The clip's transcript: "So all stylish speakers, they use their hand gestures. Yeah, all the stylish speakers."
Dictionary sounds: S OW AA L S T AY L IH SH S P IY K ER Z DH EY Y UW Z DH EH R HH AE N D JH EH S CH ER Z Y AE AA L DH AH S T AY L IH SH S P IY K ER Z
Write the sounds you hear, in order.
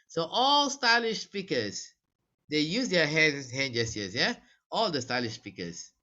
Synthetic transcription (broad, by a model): S OW AA L S T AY L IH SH S P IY K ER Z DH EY Y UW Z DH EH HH HH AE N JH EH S ER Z Y AE AA L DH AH S T AY L IH SH S P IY K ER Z